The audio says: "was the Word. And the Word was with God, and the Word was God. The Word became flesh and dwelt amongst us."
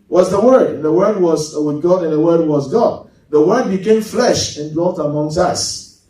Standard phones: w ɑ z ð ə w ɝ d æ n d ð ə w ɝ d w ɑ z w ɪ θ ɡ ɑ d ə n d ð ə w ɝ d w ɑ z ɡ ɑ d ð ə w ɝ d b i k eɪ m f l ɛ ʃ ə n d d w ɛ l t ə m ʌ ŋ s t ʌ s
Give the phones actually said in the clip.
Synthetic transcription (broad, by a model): w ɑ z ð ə w ɝ d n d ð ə w ɝ d w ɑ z w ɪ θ ɡ ɑ d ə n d ð ə w ɝ d w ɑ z ɡ ɑ d ð ə w ɝ d b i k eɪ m f l ɛ ʃ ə n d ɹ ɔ t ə m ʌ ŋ s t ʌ s